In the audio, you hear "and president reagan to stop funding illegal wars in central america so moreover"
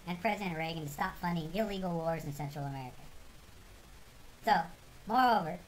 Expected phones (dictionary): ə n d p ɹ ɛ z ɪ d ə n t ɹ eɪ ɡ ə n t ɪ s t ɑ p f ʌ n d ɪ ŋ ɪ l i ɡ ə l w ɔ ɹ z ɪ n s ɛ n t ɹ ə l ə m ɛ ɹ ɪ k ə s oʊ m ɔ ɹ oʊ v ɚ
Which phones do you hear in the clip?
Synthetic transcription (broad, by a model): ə n p ɹ ɛ z ɪ d ə n t ɹ eɪ ɡ ə n t ɪ s t ɑ p f ʌ n d ɪ ŋ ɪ l i ɡ l w ɔ ɹ z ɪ n s ɛ n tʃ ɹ l ə m ɛ ɹ ɪ k ə s oʊ m ɔ ɹ oʊ v ɚ